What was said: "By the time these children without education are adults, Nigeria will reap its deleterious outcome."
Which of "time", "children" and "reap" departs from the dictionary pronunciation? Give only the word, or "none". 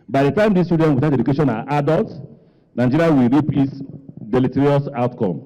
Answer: children